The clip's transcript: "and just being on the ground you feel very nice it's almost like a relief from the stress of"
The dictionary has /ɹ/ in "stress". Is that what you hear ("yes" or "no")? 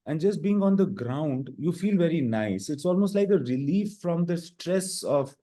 yes